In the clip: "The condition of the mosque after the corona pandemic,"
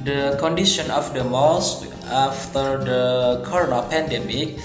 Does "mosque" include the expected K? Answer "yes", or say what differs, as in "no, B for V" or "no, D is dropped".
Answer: no, K is dropped